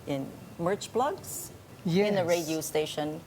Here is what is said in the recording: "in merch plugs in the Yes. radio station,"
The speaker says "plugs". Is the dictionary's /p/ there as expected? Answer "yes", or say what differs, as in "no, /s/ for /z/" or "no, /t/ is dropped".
no, /b/ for /p/